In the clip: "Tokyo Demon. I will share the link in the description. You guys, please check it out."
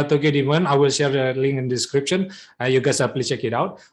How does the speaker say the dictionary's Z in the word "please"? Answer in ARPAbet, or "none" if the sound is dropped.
none